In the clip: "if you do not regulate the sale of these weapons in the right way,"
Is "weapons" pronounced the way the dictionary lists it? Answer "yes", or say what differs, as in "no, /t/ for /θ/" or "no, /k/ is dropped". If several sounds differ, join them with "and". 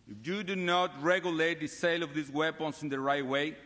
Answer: no, /s/ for /z/